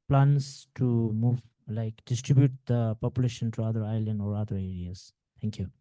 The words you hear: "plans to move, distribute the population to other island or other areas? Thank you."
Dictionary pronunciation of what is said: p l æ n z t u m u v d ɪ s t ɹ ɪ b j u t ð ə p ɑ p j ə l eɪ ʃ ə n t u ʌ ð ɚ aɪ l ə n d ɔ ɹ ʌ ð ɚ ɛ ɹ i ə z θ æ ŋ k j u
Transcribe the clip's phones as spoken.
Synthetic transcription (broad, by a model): p l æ n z t u m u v d ɪ s t ɹ ɪ b j u t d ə p ɑ p j ə l eɪ ʃ ə n t u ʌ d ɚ aɪ l ə n d ɔ ɹ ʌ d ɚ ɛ ɹ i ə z t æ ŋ k j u